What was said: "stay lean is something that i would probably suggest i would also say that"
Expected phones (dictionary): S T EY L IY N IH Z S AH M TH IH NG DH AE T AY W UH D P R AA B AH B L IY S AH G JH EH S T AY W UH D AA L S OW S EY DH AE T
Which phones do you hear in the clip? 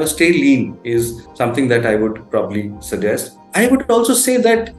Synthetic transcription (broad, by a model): S T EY L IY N IH Z S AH M T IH NG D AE T AY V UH D P R AA B AH B L IY S AH G JH EH S T AY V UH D AA L S OW S EY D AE T